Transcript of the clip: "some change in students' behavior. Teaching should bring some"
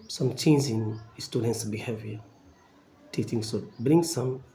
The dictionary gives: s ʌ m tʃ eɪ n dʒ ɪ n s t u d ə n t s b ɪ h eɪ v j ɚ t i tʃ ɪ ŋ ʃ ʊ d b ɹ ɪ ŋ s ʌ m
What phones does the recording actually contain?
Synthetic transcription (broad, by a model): s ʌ m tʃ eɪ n z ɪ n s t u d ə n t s b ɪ h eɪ v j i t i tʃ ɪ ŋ s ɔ b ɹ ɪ ŋ s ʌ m